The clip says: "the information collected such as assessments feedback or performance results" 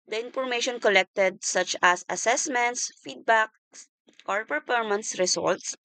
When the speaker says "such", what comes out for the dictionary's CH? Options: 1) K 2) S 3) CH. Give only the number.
3